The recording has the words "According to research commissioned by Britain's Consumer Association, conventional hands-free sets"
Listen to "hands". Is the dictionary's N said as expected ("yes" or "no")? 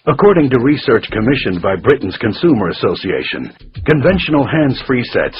yes